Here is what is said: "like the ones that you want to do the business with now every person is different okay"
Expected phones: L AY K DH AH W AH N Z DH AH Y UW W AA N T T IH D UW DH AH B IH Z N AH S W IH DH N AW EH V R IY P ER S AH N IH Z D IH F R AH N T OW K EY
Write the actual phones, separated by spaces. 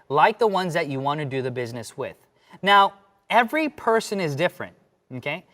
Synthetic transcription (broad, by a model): L AY K DH AH W AH N Z DH AH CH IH W AA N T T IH D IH DH AH B IH Z N AH S W IH DH N AW EH V R IY P ER S AH N IH Z D IH F R AH N T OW K EY